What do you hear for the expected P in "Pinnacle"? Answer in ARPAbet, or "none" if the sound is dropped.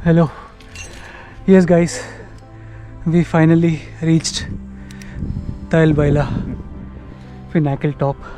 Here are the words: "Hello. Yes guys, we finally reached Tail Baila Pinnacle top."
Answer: F